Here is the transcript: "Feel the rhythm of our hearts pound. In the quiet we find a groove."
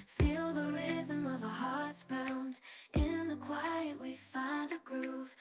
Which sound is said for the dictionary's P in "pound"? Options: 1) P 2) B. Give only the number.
2